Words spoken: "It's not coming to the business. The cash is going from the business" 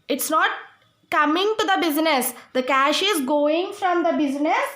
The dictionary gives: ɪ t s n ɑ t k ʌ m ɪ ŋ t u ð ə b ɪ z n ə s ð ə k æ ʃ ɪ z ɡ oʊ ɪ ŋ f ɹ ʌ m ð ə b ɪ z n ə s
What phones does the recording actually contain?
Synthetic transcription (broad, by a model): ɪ t s n ɑ t k ʌ m ɪ ŋ t u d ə b ɪ z n ə s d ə k æ ʃ ɪ z ɡ oʊ ɪ ŋ f ɹ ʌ m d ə b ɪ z n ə s